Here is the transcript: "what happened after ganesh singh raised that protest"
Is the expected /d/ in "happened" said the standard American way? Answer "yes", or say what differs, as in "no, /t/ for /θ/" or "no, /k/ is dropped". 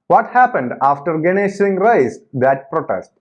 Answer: yes